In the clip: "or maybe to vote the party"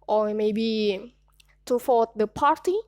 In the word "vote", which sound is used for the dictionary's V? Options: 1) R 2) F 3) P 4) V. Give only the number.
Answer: 2